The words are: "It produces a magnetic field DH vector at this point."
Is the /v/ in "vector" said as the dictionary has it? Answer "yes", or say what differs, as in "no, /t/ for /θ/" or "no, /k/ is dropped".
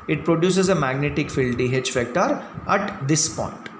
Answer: no, /f/ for /v/